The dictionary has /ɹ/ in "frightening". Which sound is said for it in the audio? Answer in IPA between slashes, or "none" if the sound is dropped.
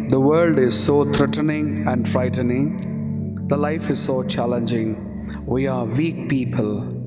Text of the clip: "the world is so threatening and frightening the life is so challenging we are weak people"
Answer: /ɹ/